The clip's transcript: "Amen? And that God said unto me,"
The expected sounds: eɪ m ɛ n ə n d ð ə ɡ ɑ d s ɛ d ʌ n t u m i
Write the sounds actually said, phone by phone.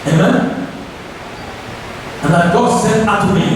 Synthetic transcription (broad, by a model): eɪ m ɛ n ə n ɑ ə ɡ ɑ d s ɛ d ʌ t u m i